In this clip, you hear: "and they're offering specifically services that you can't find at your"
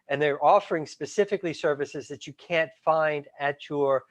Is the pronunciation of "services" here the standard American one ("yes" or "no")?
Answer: yes